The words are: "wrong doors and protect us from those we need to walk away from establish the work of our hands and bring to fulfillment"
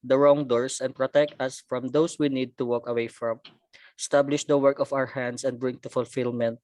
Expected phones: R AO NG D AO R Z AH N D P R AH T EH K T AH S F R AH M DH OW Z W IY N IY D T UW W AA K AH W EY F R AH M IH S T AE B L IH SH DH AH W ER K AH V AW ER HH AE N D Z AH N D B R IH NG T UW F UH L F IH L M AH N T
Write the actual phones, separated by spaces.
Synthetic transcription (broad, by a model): R AO NG D AO R S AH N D P R AH T EH K T AH S F R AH M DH OW S W IY N IY D T UW W AA K AH W EY F R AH M S T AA B L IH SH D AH W ER K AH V AW ER HH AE N D S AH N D B R IH NG T UW F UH L F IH L M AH N T